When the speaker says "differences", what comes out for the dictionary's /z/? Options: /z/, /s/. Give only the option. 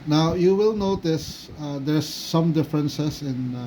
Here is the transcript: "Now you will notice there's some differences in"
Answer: /s/